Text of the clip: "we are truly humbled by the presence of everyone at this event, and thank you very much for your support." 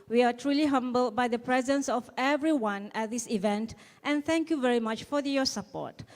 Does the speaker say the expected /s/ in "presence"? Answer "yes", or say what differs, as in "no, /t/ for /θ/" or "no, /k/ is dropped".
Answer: yes